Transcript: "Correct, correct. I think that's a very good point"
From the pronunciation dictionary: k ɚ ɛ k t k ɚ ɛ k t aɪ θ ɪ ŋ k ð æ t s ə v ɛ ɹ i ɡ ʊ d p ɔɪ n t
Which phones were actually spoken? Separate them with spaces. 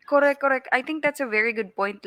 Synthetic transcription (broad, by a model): k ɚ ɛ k k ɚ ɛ k t aɪ t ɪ ŋ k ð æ t s ə v ɛ ɹ i ɡ ʊ d p ɔɪ n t